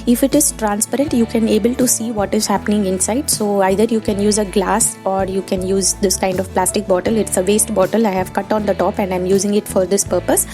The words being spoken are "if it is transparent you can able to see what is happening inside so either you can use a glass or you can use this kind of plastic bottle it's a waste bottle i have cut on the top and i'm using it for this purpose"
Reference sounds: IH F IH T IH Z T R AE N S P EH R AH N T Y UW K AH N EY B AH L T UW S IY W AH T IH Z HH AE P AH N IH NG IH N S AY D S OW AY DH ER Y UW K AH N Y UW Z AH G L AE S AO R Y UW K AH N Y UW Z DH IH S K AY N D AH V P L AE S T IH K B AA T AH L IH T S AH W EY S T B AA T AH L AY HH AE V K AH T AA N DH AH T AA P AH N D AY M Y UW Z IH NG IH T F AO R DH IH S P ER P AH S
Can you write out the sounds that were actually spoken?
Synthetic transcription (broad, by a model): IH F IH T IH Z T R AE N S P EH R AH N T Y UW K AH N EY B AH L T UW S IY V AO T IH Z HH AE P AH N IH NG IH N S AY D S OW AY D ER Y UW K AH N Y UW Z AH G L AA S AO R Y UW K AH N Y UW Z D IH S K AY N D AH V P L AE S T IH K B AA T AH L IH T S AH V EY S T B AA T AH L AY HH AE V K AH T AA N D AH T AA P AH N D AY M Y UW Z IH NG IH T F AO R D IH S P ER P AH S